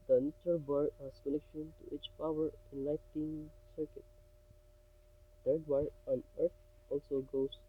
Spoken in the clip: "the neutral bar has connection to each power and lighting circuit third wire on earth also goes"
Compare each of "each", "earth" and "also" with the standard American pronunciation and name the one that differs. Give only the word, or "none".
earth